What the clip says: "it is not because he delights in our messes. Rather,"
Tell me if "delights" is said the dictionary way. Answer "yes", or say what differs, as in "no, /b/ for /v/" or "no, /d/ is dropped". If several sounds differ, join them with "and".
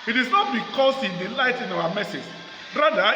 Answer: no, /s/ is dropped